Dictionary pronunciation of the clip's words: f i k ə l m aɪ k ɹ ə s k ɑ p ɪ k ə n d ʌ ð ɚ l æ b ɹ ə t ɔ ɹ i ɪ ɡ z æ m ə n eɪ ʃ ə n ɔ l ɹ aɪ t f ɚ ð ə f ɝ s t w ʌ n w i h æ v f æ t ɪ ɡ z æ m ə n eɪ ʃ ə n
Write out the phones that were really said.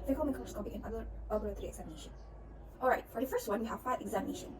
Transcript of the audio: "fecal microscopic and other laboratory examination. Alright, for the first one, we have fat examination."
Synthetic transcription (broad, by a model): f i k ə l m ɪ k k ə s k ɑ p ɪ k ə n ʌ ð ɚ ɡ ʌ ɹ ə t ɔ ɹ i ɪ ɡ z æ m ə n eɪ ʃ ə n ɔ l ɹ aɪ t f ɚ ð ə f ɝ s t w ʌ n w i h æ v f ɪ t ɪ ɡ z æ m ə n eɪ ʃ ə n